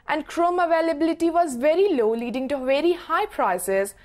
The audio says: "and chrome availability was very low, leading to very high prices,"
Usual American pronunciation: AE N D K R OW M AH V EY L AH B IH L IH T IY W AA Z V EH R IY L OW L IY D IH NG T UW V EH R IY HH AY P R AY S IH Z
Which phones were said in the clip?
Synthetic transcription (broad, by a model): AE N D K R OW M AH V EY L AH B IH L IH T IY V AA Z V EH R IY L OW L IY D IH NG T UW V EH R IY HH AY P R AY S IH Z